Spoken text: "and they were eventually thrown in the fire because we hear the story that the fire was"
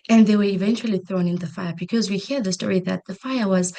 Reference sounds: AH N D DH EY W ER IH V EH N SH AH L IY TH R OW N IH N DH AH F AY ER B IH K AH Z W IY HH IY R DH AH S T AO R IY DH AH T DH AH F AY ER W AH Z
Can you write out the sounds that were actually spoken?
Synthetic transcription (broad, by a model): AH N DH EY W ER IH V EH N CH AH L IY TH R OW N IH N DH AH F AY ER B IH K AH Z W IY HH IY R DH AH S T AO R IY DH AH T DH AH F AY ER W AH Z